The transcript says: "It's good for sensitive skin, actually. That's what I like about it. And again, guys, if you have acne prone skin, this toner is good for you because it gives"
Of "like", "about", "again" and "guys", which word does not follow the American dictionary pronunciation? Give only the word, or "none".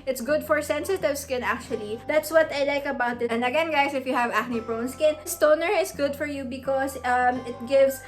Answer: guys